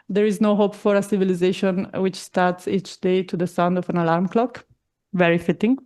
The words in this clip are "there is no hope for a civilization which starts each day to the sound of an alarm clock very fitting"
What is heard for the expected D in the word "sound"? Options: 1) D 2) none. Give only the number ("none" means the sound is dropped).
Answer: 1